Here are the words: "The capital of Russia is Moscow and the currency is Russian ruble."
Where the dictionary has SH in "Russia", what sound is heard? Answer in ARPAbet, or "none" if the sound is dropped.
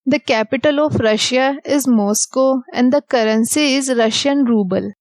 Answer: SH